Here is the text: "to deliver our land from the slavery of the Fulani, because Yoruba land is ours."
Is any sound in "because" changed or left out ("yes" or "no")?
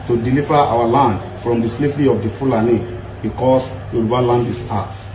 yes